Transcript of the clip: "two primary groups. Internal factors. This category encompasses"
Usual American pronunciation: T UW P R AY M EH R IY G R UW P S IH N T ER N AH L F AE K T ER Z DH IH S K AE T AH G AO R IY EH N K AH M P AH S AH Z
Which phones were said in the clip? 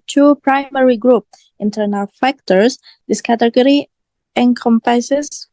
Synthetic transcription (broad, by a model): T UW P R AY M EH R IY G R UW P IH N T ER N AH L F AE K T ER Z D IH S K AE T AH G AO R IY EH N K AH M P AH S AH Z